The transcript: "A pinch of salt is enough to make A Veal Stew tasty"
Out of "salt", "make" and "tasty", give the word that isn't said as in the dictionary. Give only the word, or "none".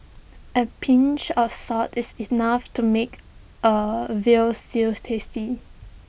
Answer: salt